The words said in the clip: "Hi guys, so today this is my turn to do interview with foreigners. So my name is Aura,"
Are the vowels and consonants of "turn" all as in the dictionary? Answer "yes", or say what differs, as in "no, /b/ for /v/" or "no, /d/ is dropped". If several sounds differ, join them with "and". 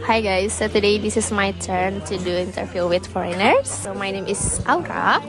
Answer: yes